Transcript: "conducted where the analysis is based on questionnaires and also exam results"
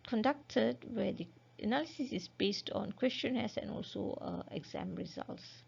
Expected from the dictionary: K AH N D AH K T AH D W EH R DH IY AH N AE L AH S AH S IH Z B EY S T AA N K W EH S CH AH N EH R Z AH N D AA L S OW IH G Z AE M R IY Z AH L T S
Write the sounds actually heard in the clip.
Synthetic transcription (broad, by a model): K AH N D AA K T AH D W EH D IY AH N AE L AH S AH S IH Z B EY S T AA N K W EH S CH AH N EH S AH N AA L S OW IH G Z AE M R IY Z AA L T S